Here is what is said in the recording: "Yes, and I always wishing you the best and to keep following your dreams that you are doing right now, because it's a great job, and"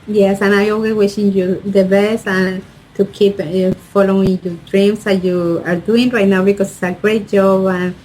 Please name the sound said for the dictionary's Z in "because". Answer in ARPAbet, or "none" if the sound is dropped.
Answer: S